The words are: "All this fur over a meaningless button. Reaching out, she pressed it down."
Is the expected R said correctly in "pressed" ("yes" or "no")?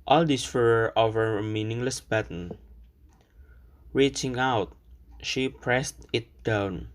yes